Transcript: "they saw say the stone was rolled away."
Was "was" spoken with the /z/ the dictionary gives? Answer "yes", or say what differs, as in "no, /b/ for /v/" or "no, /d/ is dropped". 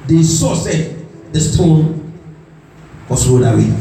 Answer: no, /s/ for /z/